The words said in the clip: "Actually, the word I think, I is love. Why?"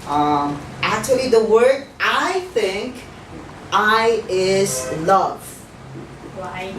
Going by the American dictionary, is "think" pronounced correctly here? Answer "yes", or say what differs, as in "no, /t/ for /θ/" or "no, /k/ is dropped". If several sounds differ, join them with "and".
yes